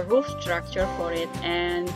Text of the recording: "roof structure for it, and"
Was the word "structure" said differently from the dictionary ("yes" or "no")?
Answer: no